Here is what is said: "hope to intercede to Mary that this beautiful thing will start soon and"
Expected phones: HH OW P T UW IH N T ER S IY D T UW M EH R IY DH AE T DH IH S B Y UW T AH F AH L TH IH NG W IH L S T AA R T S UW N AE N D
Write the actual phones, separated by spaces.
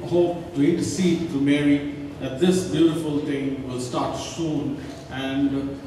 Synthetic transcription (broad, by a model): HH OW P T UW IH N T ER S IY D T UW M EH R IY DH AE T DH IH S B Y UW T AH F AH L T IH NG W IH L S T AA R T S UW N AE N D